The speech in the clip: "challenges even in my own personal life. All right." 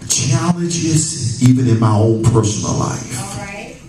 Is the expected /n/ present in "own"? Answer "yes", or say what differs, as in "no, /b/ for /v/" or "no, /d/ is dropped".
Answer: no, /l/ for /n/